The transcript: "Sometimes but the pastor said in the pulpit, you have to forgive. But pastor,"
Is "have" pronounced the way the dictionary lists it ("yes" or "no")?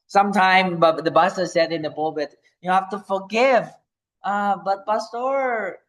no